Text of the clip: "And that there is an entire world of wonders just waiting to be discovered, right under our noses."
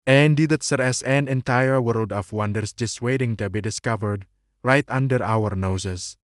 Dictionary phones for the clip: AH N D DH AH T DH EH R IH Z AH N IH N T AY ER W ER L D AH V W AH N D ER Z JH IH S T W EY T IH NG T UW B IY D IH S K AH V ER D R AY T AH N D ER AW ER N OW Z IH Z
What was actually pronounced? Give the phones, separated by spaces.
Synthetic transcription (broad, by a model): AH N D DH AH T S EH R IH S AH N IH N T AY ER W ER L D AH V W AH N D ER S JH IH S W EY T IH NG T UW B IY D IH S K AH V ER D R AY T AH N D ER AW ER N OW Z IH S